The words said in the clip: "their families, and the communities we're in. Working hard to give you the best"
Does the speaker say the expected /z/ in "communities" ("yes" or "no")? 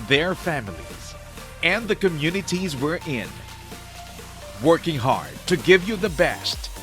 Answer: yes